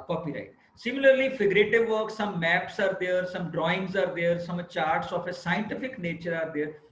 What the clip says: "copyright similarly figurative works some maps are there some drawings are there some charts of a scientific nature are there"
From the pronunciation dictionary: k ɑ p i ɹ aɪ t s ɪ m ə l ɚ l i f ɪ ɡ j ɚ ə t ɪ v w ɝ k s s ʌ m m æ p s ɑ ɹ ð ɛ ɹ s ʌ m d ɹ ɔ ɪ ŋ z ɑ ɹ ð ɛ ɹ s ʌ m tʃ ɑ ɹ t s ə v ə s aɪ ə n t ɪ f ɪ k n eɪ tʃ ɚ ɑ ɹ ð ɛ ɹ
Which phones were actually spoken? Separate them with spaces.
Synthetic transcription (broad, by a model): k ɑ p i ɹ aɪ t s ɪ m ə l ɚ l i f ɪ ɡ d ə t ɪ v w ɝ k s s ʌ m m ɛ p s ɑ ɹ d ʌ ɹ s ʌ m d ɹ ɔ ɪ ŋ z ɑ ɹ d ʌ ɹ s ʌ m tʃ ɑ ɹ t s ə f ə s aɪ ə n t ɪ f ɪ k n eɪ tʃ ɚ ɑ ɹ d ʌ ɹ